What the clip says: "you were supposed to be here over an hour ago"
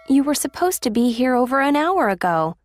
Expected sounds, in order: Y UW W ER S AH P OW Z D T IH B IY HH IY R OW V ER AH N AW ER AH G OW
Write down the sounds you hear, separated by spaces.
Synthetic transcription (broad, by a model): Y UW W ER S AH P OW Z T IH B IY HH IY R OW V ER AH N AW ER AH G OW